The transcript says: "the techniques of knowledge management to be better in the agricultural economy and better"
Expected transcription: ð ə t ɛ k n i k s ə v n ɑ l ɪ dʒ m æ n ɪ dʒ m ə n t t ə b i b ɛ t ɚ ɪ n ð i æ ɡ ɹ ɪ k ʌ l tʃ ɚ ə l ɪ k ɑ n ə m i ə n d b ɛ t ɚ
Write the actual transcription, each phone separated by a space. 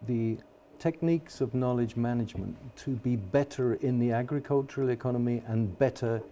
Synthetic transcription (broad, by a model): ð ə t ɛ k n i k s ə v n ɑ l ɪ dʒ m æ n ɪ dʒ m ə n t t ə b i b ɛ t ɚ ɪ n ð i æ ɡ ɹ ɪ k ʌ l tʃ ɚ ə l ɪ k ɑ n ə m i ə n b ɛ t ɚ